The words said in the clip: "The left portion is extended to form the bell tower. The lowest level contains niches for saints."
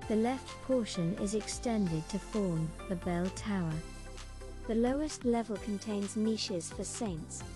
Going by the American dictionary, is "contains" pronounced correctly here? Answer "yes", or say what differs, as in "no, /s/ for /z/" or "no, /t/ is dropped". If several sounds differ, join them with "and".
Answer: yes